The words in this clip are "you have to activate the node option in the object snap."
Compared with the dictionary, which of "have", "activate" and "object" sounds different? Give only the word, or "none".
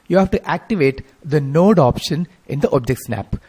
none